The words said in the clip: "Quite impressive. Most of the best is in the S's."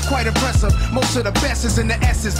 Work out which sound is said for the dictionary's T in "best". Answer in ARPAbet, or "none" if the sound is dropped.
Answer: none